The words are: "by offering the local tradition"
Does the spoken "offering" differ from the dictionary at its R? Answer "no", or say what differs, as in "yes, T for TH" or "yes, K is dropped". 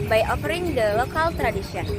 no